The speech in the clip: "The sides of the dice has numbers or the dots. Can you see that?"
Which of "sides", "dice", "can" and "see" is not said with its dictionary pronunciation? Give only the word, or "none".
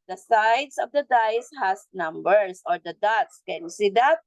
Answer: sides